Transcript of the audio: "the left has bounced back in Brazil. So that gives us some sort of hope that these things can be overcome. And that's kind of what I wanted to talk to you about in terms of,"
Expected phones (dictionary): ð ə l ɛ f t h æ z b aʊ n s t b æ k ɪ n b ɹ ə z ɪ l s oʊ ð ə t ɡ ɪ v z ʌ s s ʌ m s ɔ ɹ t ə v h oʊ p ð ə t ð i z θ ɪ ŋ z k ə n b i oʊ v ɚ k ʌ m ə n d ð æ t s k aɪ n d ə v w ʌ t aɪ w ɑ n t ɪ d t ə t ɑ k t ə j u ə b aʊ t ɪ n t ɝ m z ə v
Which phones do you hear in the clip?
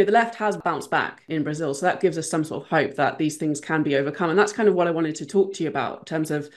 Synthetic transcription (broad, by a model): ð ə l ɛ f t h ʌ z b aʊ n s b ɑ k ɪ n b ɹ ə z ɪ l s oʊ ð ə t ɡ ɪ v z ʌ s s ʌ m s ɔ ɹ t ə v h oʊ p ð ə t ð i z θ ɪ ŋ z k ə n b i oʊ v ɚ k ʌ m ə n ð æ t s k aɪ n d ə v w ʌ t aɪ w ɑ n t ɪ d t ə t ɑ k t ə j u ə b aʊ t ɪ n t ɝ m z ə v